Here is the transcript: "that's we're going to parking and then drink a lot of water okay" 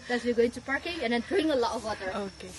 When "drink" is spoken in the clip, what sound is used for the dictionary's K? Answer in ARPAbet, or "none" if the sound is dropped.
none